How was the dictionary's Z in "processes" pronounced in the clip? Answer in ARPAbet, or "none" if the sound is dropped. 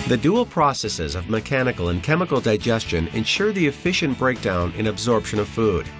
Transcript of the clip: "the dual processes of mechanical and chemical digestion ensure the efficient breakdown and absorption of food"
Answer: Z